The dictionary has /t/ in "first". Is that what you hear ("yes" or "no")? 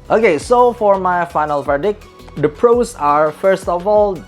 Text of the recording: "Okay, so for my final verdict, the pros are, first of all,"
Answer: yes